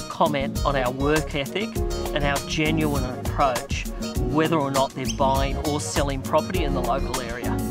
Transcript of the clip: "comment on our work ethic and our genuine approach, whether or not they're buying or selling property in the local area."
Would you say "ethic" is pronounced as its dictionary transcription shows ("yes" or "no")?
yes